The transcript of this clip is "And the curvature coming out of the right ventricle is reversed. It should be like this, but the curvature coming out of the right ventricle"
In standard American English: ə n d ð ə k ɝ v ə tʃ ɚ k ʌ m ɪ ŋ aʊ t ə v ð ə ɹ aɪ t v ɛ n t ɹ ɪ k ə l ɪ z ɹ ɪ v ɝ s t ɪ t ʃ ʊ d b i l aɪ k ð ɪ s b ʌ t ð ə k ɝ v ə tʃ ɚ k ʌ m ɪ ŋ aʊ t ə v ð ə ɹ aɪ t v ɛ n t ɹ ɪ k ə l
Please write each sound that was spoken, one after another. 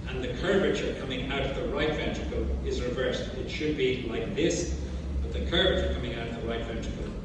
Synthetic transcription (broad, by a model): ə n ð ə k ɝ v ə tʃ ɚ k ʌ m ɪ ŋ aʊ t ə v ð ə ɹ aɪ t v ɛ n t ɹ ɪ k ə l ɪ z ɹ ɪ v ɝ s t ɪ t ʃ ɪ d b i l aɪ k ð ɪ s b ʌ t ð ə k ɝ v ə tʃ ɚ k ʌ m ɪ ŋ aʊ t ə v ð ə ɹ aɪ t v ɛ n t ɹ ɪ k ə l